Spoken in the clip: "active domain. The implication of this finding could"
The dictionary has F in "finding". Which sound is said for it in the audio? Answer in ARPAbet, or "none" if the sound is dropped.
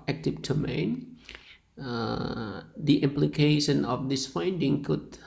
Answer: F